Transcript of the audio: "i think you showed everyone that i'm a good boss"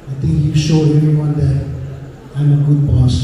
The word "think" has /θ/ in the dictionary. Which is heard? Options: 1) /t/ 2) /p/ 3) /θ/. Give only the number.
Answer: 1